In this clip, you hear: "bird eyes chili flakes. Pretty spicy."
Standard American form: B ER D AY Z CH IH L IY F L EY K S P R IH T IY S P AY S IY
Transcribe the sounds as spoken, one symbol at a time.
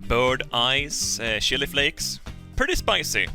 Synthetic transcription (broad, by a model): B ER D AY Z SH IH L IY F L EY K S P R IH T IY S P AY S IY